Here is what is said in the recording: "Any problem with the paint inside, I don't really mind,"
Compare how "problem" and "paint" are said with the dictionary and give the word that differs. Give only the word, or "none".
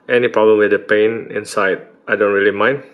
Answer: paint